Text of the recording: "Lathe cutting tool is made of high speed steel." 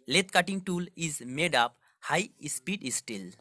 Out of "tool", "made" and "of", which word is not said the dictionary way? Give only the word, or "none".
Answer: of